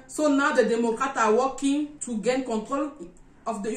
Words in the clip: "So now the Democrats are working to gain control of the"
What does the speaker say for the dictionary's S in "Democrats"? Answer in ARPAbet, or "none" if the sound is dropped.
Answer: none